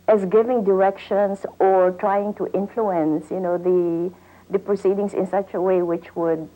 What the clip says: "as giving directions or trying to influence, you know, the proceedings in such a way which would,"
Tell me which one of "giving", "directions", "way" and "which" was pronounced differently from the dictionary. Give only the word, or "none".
directions